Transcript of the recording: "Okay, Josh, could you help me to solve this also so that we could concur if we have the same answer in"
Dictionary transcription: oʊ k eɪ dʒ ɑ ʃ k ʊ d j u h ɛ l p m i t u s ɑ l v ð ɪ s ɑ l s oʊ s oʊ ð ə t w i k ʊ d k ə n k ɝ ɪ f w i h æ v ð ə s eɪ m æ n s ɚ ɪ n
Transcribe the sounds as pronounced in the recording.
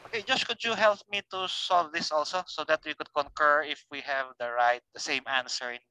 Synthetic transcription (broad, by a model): oʊ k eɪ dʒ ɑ s k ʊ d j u h ɛ l p m i t u s ɑ l v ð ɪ s ɑ l s oʊ s oʊ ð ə t w i k ʊ d k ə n k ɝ ɪ f w i h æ v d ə s eɪ m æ n s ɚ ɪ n